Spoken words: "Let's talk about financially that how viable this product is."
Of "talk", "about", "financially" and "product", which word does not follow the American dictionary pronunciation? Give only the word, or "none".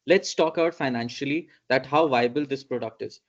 about